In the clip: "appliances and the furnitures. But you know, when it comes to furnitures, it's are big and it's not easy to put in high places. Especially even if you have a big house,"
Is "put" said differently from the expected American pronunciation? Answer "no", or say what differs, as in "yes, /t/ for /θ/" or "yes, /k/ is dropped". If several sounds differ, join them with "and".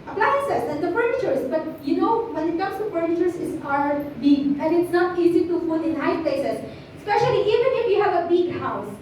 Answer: yes, /f/ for /p/